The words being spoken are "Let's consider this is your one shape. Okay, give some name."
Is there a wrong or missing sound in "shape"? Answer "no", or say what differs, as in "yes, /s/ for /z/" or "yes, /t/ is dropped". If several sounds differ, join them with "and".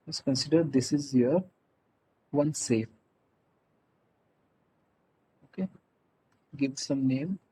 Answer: yes, /s/ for /ʃ/